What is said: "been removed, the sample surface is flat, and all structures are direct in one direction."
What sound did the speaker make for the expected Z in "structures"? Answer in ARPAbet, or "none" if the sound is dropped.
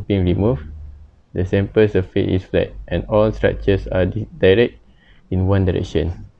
S